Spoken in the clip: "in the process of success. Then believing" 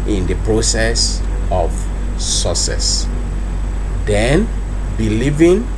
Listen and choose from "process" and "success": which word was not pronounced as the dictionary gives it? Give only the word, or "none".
success